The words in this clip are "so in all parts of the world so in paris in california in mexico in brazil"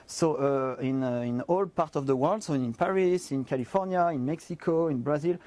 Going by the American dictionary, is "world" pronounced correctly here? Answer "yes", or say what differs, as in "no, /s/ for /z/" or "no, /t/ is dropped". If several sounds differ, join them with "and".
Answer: yes